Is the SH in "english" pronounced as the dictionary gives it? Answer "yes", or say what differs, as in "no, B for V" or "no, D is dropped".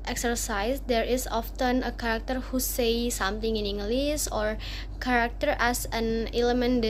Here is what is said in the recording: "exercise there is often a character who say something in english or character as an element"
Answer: no, S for SH